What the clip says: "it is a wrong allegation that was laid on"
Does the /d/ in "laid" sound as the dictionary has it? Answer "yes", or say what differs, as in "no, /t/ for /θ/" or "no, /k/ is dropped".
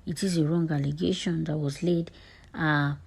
yes